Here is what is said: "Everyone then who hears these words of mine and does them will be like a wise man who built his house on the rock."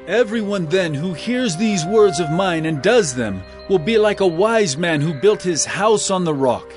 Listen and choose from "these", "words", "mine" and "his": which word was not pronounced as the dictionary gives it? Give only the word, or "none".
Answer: none